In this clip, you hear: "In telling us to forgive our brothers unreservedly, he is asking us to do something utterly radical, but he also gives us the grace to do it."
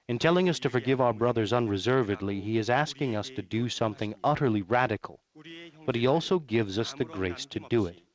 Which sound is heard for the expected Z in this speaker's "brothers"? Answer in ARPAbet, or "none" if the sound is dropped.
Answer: Z